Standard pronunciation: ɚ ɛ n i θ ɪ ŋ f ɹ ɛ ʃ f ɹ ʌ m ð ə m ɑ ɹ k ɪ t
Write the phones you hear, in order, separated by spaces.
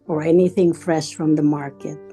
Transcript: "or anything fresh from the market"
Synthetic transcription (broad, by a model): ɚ ɛ n i θ ɪ ŋ f ɹ ɛ ʃ f ɹ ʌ m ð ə m ɑ ɹ k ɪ t